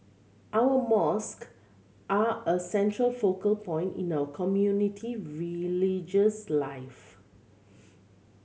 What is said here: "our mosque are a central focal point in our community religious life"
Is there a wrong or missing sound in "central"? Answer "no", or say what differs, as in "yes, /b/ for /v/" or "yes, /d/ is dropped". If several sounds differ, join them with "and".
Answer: no